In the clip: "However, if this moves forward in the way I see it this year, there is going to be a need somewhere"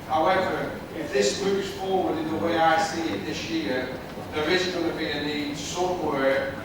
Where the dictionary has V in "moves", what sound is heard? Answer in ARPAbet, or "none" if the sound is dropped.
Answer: P